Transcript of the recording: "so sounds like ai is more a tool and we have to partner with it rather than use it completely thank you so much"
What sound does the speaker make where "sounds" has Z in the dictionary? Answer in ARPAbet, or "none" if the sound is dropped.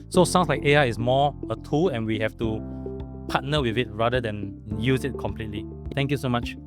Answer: S